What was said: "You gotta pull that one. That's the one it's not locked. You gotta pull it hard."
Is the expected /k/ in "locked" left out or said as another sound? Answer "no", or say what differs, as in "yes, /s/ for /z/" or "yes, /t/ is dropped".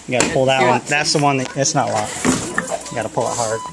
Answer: yes, /k/ is dropped